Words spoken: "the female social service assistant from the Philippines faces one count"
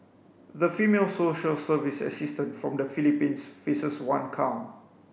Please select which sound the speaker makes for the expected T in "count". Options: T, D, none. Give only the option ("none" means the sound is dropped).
none